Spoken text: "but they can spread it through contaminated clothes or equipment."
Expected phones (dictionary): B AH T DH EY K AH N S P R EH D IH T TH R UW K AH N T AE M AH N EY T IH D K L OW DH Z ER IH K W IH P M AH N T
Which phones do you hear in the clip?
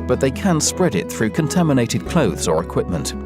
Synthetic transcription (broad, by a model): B AH T DH EY K AH N S P R EH D IH T TH R UW K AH N T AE M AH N EY T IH D K L OW DH Z ER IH K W IH P M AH N T